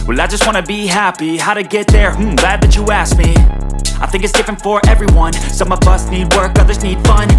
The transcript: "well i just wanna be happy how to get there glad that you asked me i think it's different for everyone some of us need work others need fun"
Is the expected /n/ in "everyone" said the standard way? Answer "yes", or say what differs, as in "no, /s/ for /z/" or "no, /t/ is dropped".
yes